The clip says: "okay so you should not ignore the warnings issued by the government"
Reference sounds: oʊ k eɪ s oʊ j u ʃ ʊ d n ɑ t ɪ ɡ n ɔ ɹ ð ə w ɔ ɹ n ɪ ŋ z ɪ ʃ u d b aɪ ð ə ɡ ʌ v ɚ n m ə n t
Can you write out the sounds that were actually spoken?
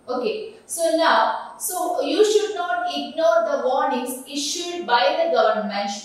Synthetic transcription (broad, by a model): oʊ k eɪ s oʊ j u ʃ ʊ d n ɑ t ɪ ɡ n ɔ ɹ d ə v ɔ ɹ n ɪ ŋ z ɪ ʃ u d b aɪ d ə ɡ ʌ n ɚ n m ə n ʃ